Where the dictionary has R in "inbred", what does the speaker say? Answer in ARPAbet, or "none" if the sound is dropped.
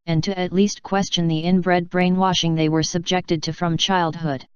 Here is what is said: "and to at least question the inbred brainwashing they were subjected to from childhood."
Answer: R